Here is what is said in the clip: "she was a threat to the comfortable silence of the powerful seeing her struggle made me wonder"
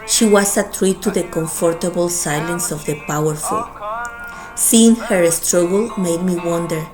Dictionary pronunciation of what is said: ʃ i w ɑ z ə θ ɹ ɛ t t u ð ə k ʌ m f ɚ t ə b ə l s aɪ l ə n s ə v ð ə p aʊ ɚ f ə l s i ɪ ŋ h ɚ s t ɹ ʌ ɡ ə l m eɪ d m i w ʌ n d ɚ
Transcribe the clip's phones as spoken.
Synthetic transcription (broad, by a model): ʃ i w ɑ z ə t ɹ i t t u ð ə k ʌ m f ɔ t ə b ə l s aɪ l ə n s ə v ð ə p aʊ ɚ f ə l s i ɪ ŋ h ɚ s t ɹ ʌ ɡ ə l m eɪ d m i w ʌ n d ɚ